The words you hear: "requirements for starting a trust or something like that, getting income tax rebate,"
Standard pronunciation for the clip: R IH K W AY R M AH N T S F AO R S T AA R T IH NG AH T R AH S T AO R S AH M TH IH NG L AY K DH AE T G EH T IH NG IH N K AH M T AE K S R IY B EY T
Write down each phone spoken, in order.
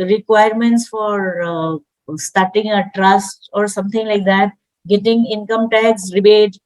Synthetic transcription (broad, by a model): R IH K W AY R M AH N T S F AO R S T AA R T IH NG AH T R AH S T AO R S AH M T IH NG L AY K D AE T G EH T IH NG IH N K AH M T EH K S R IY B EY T